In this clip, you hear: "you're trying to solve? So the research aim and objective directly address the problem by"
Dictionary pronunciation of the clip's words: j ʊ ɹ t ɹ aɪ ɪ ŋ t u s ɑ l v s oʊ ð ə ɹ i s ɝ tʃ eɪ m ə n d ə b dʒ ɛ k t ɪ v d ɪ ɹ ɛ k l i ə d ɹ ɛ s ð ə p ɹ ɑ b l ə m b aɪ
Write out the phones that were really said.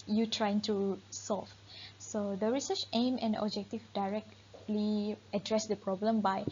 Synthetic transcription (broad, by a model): j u t ɹ aɪ ɪ ŋ t u s ɑ l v s oʊ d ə ɹ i s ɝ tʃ eɪ m ə n d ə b dʒ ɛ k t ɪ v d ɪ ɹ ɛ k l i ə d ɹ ɛ s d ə p ɹ ɑ b l ə m b aɪ